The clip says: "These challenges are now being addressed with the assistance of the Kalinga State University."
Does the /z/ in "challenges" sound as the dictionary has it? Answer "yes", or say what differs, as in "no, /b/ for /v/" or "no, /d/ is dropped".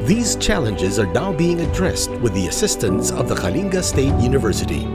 yes